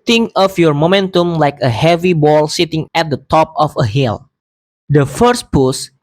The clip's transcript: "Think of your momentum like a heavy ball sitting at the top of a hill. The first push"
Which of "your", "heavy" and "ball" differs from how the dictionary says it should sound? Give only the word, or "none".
none